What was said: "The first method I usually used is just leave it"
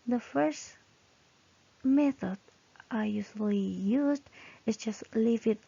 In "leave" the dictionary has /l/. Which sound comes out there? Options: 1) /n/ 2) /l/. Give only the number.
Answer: 2